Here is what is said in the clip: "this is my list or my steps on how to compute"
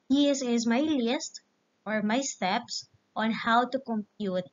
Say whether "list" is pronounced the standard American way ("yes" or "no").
yes